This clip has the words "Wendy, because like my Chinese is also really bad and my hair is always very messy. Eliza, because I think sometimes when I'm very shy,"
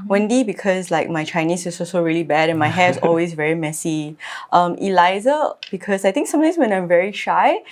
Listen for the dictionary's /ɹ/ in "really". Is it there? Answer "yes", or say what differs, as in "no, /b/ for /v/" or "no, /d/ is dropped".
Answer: yes